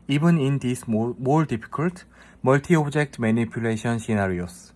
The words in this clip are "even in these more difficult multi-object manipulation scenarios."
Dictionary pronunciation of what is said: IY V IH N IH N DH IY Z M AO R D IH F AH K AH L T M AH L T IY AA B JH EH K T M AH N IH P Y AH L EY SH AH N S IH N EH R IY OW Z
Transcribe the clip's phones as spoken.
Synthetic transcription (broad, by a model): IY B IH N IH N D IY S M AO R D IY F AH K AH L T M AH L T IY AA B JH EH K T M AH N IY P Y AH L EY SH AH N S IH N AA R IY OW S